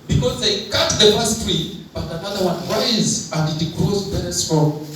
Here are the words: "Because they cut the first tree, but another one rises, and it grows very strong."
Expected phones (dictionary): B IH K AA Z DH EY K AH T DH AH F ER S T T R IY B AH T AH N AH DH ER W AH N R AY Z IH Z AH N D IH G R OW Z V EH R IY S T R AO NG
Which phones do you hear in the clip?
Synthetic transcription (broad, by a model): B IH K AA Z DH EY K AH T DH AH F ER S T T R IY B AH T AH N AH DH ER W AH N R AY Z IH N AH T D IH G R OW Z B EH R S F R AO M